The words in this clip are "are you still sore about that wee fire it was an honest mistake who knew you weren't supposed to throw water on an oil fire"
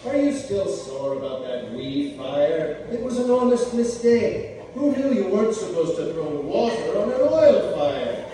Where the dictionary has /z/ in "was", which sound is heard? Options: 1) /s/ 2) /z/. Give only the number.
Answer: 2